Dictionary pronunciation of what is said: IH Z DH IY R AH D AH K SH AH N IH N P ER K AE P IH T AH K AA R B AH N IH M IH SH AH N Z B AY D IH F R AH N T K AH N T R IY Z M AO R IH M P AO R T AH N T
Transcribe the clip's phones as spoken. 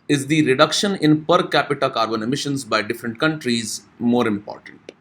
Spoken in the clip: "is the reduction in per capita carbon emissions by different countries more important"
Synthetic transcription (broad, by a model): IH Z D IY R AH D AH K SH AH N IH N P ER K AE P IH T AH K AA R B AH N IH M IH SH AH N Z B AY D IH F R AH N T K AH N T R IY Z M AO R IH M P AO R T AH N T